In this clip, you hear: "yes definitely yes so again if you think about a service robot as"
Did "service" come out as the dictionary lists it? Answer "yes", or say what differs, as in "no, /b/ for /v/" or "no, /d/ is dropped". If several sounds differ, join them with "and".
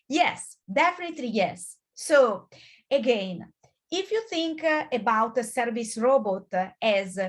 yes